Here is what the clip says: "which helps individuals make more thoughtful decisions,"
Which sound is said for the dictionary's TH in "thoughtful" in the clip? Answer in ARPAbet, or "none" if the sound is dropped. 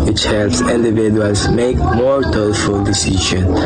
T